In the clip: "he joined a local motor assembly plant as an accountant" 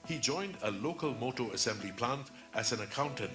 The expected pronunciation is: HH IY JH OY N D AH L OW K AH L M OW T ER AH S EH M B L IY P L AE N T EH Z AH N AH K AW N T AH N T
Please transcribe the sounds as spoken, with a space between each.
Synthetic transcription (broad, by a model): HH IY JH OY N D AH L OW K AH L M OW T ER AH S EH M B L IY P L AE N T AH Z AH N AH K AW N T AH N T